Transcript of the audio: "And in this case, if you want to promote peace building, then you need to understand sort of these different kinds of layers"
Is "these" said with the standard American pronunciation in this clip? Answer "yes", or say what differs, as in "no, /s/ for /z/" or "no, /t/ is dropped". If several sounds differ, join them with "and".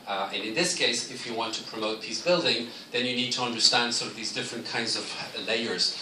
yes